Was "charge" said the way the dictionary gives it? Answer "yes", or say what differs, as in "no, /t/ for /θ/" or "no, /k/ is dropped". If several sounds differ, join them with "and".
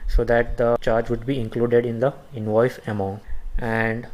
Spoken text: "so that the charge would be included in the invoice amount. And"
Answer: yes